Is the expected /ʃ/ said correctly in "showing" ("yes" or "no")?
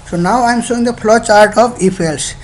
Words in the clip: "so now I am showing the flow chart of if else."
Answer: no